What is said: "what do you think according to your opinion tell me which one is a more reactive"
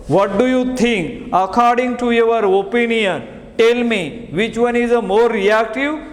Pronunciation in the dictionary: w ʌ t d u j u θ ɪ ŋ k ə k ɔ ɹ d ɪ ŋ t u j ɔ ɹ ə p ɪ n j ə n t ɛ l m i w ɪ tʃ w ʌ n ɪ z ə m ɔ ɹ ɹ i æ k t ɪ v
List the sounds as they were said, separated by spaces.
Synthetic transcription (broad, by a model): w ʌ t d u j u t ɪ ŋ k ə k ɔ ɹ d ɪ ŋ t u j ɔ ɹ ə p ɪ n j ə n t ɛ l m i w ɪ tʃ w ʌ n ɪ z ə m ɔ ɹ ɹ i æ k t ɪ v